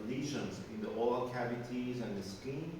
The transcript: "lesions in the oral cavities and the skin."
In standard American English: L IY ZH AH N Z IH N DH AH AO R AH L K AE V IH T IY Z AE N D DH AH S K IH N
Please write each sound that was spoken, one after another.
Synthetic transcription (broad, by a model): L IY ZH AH N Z IH N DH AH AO L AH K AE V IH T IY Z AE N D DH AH S K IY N